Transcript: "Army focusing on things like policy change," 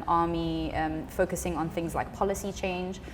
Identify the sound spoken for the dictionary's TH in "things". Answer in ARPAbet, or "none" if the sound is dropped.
TH